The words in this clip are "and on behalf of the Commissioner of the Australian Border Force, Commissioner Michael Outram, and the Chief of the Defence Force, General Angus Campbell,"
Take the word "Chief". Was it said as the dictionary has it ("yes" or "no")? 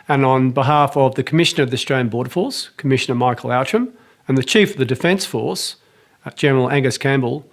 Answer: yes